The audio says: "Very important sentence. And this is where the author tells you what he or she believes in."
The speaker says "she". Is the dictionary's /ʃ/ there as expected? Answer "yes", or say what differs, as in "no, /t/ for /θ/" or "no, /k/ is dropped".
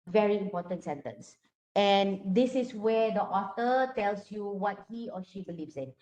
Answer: yes